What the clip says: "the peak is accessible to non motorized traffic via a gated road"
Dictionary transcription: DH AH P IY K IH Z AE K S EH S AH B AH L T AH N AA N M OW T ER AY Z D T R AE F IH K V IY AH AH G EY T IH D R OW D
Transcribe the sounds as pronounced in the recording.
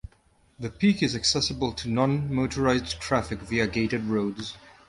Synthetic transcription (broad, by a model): DH AH P IY K IH Z AE K S EH S AH B AH L T AH N AA N M OW T ER AY Z D T R AE F IH K V IY AH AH G EY T IH D R OW D